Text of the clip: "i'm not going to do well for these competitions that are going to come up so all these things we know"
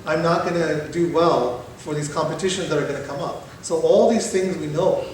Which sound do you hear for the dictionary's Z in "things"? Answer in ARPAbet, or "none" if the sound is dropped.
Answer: Z